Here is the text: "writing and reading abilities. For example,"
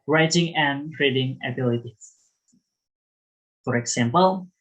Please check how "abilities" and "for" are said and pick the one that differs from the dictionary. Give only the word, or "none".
abilities